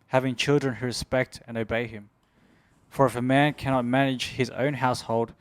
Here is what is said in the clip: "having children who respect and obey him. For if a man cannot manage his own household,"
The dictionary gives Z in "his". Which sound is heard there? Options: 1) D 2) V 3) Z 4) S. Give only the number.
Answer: 3